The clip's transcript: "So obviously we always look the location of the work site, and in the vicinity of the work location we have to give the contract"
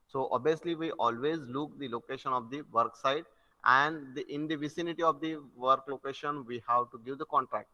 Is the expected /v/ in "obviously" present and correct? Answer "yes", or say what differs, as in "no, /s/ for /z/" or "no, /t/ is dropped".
no, /v/ is dropped